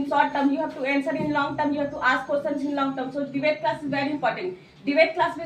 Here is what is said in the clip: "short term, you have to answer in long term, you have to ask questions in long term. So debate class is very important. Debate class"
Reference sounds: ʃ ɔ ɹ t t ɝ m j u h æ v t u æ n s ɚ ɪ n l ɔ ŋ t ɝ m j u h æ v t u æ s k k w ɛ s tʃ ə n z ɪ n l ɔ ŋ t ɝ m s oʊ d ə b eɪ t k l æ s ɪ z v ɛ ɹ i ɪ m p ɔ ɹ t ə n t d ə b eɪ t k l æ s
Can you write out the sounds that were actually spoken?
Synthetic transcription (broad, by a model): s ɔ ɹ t t ɝ m j u h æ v t u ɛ n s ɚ ɪ n l ɔ ŋ t ɝ m j u h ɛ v t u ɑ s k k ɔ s ə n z ɪ n l ɔ ŋ t ɝ m s oʊ d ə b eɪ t k l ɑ s ɪ z v ɛ ɹ i ɪ m p ɔ ɹ t ə n t d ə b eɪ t k l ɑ s